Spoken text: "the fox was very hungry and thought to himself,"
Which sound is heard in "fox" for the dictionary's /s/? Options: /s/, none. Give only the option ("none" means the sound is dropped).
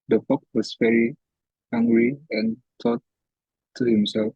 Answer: none